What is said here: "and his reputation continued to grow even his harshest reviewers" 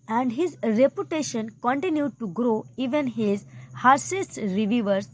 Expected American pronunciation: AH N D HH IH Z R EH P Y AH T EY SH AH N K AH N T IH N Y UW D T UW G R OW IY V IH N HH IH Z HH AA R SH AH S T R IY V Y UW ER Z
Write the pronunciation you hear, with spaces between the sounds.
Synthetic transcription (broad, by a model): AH N D HH IH Z R EH P Y AH T EY SH AH N K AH N T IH N Y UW D T UW G R OW IY V IH N HH IH Z HH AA R S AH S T R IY V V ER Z